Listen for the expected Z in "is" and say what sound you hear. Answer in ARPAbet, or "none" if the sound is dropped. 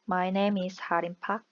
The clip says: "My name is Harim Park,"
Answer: S